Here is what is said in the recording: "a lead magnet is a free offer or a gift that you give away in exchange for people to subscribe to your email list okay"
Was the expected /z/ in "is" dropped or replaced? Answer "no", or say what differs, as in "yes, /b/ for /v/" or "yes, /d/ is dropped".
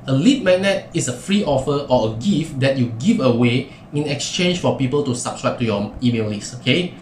yes, /s/ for /z/